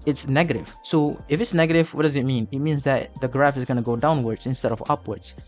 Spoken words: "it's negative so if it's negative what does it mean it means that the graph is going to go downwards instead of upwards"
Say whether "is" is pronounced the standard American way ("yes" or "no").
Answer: yes